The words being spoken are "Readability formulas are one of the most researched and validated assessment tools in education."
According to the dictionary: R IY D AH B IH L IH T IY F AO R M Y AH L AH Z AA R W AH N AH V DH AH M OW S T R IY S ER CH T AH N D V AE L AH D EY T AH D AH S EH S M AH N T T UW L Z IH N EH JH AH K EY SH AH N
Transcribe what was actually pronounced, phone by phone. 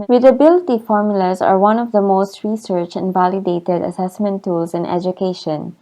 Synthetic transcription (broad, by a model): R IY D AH B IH L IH T IY F AO R M Y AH L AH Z AA R W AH N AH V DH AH M OW S T R IY S ER CH AH N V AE L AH D EY T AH D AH S EH S M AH N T T UW L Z IH N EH JH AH K EY SH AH N